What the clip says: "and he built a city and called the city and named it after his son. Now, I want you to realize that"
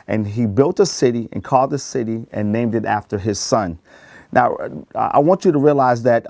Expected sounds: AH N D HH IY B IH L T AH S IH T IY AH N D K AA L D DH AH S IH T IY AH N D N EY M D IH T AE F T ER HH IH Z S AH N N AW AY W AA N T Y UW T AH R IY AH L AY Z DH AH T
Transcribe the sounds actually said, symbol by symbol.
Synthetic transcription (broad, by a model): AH N IY B IH L T AH S IH T IY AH N K AA L D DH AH S IH T IY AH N N EY M D IH T AE F T ER IH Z S AH N N AW AY W AA N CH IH T AH R IY AH L AY Z DH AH T